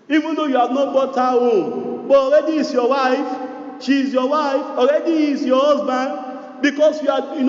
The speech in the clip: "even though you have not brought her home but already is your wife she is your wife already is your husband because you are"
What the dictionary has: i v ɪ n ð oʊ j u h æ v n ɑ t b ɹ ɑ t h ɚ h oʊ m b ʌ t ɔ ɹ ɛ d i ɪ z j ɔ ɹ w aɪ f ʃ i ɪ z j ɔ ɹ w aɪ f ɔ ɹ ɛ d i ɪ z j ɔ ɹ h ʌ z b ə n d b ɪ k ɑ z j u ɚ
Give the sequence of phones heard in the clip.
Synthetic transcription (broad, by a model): i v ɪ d oʊ j u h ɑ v n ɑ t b ɑ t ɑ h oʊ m b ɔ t ɔ ɹ ɛ d i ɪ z j ɔ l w aɪ f ʃ i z j ɔ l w aɪ f ɔ ɹ ɛ d i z j ɔ h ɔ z b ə n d b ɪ k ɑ s j u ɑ